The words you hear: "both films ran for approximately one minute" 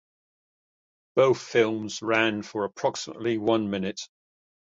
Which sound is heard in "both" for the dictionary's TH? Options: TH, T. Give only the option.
TH